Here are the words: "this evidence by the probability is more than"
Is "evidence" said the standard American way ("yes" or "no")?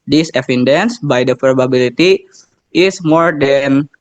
no